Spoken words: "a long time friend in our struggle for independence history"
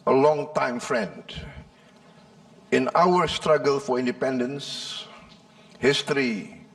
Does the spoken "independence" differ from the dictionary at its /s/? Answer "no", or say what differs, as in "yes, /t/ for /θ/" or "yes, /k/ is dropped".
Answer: no